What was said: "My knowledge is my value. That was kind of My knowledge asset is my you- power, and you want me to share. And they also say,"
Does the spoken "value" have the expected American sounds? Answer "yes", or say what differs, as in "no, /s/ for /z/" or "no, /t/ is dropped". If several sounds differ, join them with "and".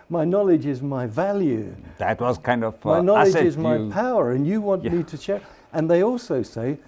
yes